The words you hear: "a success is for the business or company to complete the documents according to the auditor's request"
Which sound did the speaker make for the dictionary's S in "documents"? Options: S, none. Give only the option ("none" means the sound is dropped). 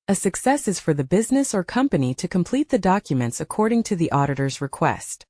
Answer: S